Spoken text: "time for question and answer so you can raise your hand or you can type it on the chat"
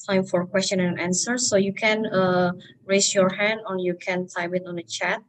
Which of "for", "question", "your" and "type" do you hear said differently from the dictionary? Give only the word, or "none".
type